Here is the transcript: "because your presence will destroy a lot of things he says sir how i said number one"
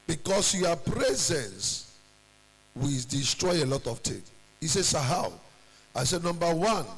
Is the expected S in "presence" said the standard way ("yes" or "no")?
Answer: yes